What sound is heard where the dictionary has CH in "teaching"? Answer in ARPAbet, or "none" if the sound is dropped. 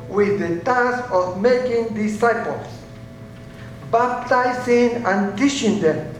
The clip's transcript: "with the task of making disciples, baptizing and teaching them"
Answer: SH